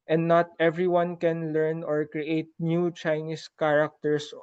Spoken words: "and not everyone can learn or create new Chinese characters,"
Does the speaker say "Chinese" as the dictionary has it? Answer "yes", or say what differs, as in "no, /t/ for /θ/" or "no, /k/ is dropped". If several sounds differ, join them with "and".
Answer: no, /s/ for /z/